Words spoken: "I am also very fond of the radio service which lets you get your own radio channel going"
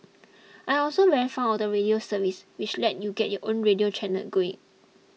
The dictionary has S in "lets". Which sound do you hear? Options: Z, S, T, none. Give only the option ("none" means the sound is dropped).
none